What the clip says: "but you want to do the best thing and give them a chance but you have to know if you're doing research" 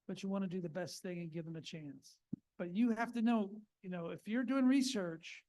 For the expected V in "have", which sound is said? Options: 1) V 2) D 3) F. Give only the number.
3